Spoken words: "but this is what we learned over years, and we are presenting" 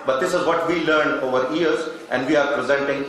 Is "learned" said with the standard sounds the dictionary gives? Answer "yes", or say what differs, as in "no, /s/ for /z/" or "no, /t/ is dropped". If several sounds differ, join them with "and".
yes